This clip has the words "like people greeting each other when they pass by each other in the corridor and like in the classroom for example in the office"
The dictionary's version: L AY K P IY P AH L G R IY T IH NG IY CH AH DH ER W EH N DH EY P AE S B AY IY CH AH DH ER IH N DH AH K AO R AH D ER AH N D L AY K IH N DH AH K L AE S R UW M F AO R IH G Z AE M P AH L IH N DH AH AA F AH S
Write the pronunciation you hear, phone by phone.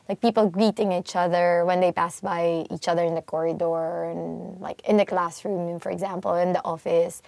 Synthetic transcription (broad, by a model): L AY K P IY P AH L G R IY T IH NG IY CH AH DH ER W EH N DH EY P AE S B AY IY CH AH DH ER IH N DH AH K AO R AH D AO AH N L AY K IH N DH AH K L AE S R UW M F AO R IH G Z AE M P AH L IH N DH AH AA F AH S